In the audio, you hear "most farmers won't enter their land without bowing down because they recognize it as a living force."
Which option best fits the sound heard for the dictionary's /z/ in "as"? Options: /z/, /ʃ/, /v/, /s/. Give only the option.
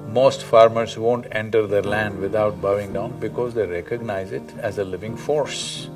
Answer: /z/